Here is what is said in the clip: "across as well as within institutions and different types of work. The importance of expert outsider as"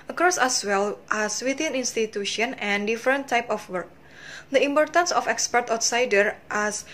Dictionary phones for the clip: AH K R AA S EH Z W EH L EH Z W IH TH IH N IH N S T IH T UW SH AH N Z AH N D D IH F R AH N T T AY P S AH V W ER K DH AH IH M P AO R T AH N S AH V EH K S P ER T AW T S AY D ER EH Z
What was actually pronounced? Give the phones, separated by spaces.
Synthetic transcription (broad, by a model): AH K R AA S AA S W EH L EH S W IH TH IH N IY N S T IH T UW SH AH N AH N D D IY F R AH N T T AY P AH F W ER K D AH IH M P AO R T AH N S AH F EH K S P ER T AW T S AY D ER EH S